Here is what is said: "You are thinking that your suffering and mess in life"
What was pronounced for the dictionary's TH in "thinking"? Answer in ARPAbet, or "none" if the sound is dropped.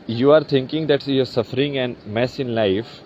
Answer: T